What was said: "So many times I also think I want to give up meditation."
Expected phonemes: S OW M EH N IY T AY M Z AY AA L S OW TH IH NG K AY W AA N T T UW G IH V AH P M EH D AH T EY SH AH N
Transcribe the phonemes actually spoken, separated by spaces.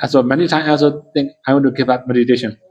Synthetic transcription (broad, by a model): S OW M EH N IY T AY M AY AA L S OW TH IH NG K AY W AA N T T UW G IH V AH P M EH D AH T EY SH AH N